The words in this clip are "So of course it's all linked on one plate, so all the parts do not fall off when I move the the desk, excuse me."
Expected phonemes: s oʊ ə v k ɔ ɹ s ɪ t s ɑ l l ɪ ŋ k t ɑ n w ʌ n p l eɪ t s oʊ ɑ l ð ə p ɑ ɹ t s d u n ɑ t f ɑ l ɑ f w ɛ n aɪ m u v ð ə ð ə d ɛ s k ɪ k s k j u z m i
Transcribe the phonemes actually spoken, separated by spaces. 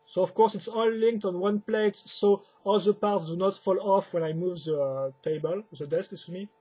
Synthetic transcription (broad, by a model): s oʊ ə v k ɔ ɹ s ɪ t s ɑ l l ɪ ŋ k t ɑ n w ʌ n p l eɪ t s oʊ ɑ l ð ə p ɑ ɹ t s d u n ɑ t f ɑ l ɑ f w ɛ n aɪ m u v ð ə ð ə d ɛ s k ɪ s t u m i